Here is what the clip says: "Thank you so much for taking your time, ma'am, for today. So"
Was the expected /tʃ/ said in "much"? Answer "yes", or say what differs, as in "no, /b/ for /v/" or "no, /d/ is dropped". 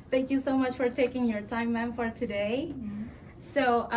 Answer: yes